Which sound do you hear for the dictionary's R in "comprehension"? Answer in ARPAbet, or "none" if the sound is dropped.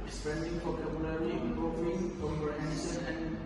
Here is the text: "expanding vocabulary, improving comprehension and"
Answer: none